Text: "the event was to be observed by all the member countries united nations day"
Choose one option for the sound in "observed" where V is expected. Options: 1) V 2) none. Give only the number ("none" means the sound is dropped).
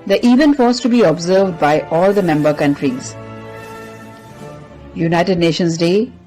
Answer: 1